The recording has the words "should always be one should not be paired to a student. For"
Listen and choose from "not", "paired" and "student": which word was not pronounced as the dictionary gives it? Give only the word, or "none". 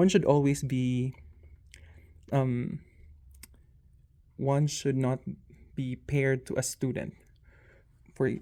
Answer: none